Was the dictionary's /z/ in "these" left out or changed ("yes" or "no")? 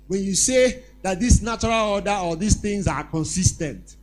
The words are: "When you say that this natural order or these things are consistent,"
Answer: yes